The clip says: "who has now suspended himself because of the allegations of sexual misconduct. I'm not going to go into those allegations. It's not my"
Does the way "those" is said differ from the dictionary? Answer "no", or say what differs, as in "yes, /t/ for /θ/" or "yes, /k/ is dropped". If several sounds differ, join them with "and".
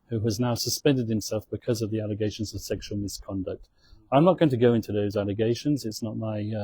no